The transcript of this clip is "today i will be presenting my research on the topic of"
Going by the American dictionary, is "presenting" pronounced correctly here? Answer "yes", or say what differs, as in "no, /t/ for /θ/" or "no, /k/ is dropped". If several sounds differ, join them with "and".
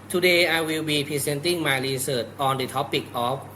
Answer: no, /ɹ/ is dropped and /s/ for /z/